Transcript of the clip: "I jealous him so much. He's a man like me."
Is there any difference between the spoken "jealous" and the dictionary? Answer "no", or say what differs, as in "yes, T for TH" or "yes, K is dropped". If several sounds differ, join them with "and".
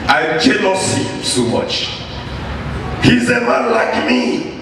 yes, N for L